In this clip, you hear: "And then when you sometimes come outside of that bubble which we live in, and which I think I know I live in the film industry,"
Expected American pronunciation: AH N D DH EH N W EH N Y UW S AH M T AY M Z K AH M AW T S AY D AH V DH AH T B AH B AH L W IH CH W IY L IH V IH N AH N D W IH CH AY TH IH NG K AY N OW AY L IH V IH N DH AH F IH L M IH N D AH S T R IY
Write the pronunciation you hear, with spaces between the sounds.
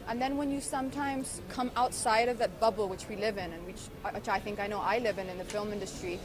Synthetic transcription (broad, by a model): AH N DH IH N W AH N Y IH S AH M T AY M Z K AH M AW T S AY D AH V DH AH T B AH B L W IH CH W IY L IH V IH N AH N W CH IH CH AY TH IH NG K AY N OW AY L IH V IH N DH AH F IH L M IH N D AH S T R IY